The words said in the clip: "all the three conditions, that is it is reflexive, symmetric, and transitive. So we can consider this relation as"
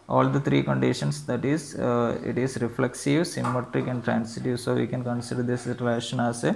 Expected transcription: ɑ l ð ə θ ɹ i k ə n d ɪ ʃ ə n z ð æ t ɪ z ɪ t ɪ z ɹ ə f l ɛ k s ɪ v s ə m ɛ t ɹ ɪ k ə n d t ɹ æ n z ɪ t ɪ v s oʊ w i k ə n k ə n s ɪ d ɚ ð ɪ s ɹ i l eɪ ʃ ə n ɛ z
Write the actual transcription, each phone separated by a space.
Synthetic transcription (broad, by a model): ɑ l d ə t ɹ i k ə n d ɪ ʃ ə n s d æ t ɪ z ɪ t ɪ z ɹ ə f l ɛ k s ɪ v s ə m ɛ t ɹ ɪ k ə n d t ɹ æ n s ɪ t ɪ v s oʊ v i k ə n k ə n s ɪ d ɚ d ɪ s ɹ i l eɪ ʃ ə n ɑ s